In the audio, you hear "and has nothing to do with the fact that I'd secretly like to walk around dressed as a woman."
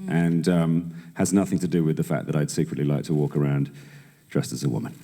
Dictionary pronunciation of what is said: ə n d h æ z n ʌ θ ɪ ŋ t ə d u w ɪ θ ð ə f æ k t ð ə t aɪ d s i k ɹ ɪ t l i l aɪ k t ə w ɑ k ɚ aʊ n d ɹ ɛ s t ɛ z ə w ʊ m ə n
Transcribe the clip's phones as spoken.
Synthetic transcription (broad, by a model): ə n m h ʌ z n ʌ θ ɪ ŋ t ə d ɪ w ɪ ð ə f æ k ð ə t aɪ d s i k ɹ ɪ t l i l aɪ k t ə w ɑ k ɚ aʊ n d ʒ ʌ s t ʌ z ə w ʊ m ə n